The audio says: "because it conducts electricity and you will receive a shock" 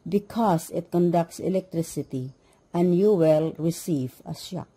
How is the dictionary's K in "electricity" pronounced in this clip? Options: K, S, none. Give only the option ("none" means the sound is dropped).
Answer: K